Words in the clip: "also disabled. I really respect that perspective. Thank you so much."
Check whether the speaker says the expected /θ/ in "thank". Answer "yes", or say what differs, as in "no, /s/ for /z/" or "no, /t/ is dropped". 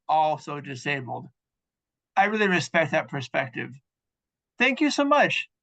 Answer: yes